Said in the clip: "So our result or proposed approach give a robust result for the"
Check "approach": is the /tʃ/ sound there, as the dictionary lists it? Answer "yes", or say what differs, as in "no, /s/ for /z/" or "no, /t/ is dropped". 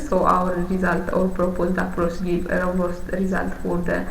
no, /s/ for /tʃ/